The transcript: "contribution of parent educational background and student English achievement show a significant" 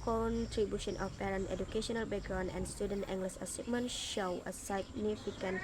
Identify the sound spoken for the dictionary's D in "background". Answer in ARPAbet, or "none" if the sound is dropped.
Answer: none